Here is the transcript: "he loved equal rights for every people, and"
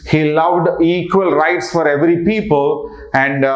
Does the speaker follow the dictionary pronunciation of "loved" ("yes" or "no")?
yes